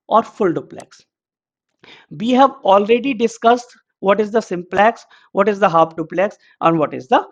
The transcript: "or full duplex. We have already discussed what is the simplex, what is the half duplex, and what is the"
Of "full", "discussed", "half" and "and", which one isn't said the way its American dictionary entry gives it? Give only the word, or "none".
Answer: half